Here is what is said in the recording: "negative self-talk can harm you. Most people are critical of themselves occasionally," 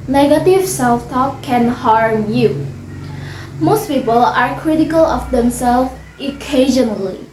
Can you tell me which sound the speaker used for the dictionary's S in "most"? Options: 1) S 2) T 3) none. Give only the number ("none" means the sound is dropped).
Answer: 1